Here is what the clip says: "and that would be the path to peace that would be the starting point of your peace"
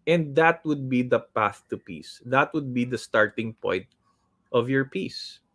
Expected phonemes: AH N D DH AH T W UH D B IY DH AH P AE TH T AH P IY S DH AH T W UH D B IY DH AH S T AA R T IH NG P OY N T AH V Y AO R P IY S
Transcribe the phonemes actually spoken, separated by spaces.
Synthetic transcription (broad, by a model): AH N D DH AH T W UH D B IY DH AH P AE TH T AH P IY S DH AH T W UH D B IY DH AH S T AA R T IH NG P OY N T AH V Y AO R P IY S